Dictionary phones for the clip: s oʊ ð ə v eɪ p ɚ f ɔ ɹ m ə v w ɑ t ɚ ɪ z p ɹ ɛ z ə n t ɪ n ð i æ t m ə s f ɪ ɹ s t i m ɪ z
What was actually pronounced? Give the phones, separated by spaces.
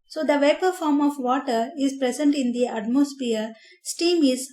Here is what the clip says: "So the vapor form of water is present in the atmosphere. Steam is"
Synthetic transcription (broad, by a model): s oʊ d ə v eɪ p ɚ f ɔ ɹ m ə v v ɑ t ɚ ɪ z p ɹ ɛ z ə n t ɪ n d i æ t m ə s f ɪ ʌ s t i m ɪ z